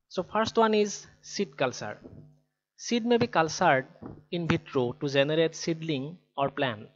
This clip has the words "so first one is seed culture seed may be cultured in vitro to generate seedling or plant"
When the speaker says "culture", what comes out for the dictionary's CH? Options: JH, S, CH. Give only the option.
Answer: S